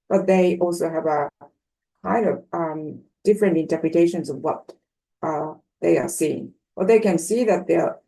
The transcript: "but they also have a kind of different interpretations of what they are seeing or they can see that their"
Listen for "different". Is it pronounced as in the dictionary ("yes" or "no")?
yes